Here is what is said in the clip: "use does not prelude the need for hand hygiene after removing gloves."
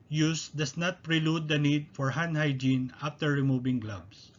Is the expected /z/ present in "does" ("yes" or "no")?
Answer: no